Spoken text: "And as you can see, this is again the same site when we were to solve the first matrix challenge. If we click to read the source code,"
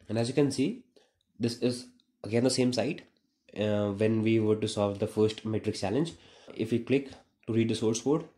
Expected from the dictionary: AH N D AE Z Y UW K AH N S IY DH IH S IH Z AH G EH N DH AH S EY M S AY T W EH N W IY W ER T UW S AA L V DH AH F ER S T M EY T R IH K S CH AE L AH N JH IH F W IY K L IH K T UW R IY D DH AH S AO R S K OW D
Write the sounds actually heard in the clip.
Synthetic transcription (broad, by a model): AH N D AE Z Y UW K AH N S IY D IH S IH Z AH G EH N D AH S EY M S AY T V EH N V IY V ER T UW S AA L V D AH F ER S T M EY T R IH K S CH AE L AH N JH IH F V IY K L IH K T UW R IY D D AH S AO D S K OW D